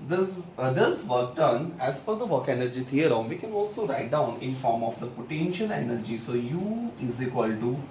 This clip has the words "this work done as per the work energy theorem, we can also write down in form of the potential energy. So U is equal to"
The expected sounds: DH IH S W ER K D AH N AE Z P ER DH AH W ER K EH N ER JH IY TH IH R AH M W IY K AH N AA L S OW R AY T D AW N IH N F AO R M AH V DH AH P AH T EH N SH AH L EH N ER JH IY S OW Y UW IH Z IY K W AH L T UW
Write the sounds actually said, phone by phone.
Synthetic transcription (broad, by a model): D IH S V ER K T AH N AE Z F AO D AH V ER K EH N ER JH IY T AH R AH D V IY K AH N AA L S OW R AY T D AW N IH N F AO R M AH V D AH P AH T EH N SH AH L EH N ER JH IY S OW Y UW IH Z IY K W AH L T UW